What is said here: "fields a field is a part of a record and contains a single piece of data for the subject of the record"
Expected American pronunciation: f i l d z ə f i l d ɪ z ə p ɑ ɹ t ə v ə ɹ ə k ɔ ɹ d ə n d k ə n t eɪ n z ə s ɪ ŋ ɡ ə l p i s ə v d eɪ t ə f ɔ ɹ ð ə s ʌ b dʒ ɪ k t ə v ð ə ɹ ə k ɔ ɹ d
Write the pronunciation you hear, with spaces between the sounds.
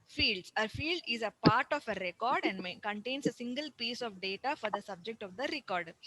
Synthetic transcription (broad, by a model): f i l d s ə f i l d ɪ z ə p ɑ ɹ t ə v ə ɹ ə k ɔ ɹ d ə n d k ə n t eɪ n s ə s ɪ ŋ ɡ ə l p i s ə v d eɪ t ə f ɔ ɹ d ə s ʌ b dʒ ɪ k t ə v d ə ɹ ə k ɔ ɹ d